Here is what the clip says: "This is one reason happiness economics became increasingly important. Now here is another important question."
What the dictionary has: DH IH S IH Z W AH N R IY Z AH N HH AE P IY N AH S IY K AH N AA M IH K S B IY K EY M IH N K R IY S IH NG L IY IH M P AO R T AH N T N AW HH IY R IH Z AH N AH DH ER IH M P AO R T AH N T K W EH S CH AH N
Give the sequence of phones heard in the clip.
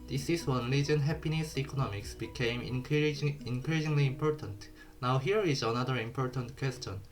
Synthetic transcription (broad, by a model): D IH S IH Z W AH N L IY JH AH N HH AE P IY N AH S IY K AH N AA M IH K S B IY K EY M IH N K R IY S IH NG L IY M P AO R T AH N T N AW HH IY R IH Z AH N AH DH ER IH M P AO R T AH N T K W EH S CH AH N